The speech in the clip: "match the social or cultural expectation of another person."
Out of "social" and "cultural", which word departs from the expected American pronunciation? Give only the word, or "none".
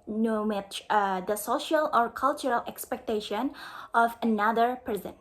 none